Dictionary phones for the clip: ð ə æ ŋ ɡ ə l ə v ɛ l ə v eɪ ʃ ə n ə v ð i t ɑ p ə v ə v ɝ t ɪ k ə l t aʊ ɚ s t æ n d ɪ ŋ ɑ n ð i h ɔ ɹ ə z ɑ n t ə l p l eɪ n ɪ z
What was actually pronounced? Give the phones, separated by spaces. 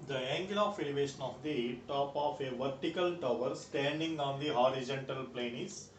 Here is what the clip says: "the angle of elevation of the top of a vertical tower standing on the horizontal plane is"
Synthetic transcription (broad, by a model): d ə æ ŋ ɡ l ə f ɛ l ə v eɪ ʃ ə n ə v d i t ɑ p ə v ə v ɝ t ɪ k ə l t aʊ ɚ s t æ n d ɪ ŋ ɑ n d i h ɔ ɹ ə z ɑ n t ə l p l eɪ n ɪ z